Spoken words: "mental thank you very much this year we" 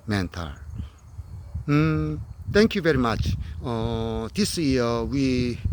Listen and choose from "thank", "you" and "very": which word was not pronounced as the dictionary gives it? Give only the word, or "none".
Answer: thank